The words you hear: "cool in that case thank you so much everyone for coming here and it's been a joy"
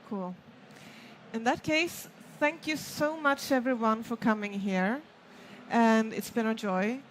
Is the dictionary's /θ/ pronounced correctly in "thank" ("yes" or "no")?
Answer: yes